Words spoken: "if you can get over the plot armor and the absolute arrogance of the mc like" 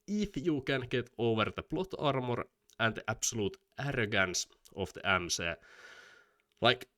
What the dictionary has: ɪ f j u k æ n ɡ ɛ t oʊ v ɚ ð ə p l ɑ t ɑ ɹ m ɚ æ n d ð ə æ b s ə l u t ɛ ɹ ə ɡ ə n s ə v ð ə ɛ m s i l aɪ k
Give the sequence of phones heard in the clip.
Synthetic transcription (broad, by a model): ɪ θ j u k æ n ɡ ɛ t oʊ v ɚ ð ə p l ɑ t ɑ ɹ m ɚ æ n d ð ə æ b s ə l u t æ ɹ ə ɡ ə n s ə f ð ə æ m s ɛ l aɪ k